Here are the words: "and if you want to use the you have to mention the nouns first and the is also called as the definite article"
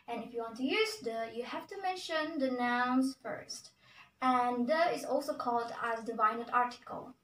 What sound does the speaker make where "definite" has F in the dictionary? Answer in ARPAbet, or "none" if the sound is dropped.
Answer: none